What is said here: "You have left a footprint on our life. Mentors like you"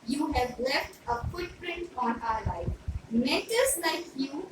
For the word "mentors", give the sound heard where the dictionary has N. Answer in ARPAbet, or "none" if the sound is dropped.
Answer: none